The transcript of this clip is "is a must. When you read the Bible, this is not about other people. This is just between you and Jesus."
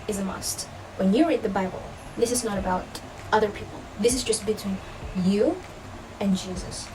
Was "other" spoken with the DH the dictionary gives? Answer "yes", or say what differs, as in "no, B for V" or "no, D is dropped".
yes